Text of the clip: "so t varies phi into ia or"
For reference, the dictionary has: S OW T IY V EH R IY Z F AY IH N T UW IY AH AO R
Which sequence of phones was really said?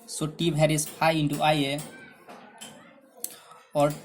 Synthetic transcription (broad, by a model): S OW T IY B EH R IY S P AY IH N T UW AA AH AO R